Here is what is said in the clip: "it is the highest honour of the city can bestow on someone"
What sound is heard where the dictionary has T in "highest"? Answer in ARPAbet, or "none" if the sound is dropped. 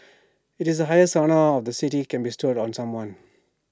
none